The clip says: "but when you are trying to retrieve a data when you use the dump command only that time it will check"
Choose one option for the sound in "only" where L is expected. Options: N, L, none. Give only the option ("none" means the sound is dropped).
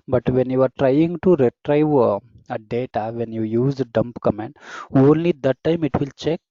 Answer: L